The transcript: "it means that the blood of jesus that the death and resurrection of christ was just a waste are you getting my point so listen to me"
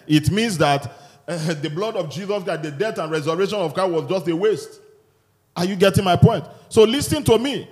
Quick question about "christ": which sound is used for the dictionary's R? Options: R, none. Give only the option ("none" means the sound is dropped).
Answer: none